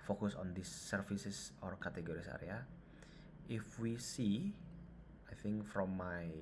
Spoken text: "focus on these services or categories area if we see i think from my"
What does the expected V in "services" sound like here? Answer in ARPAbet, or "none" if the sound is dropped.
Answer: F